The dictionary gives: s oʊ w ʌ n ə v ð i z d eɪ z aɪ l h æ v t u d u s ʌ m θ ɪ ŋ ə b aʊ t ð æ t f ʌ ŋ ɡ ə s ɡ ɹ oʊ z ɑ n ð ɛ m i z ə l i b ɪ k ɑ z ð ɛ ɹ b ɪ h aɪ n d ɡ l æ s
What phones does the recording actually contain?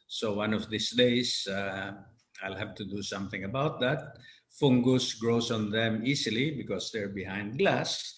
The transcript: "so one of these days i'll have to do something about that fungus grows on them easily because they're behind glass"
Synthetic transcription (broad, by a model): s oʊ w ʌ n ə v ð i s d eɪ s aɪ l h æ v t u d u s ʌ m θ ɪ ŋ ə b aʊ t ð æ t f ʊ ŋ ɡ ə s ɡ ɹ oʊ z ɑ n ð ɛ m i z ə l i b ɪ k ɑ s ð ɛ ɹ b ɪ h aɪ n d ɡ l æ s